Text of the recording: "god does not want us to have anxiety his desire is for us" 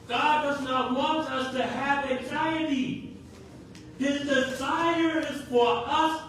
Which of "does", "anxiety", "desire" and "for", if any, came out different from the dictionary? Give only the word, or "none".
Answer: none